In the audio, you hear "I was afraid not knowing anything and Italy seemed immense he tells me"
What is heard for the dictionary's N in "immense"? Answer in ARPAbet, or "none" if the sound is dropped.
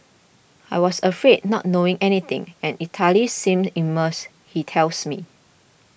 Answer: none